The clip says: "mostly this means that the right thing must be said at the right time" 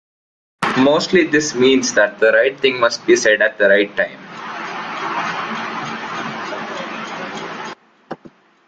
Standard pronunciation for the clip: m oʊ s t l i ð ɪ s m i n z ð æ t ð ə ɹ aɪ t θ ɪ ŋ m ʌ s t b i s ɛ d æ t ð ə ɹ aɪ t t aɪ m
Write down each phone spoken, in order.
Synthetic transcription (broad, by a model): m oʊ s t l i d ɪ s m i n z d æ t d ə ɹ aɪ t t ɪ ŋ m ʌ s t b i s ɛ d æ t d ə ɹ aɪ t t aɪ m